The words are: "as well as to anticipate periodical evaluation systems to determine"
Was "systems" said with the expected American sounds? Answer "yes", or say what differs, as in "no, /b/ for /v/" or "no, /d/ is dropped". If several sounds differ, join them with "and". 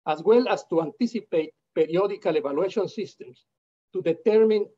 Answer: no, /s/ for /z/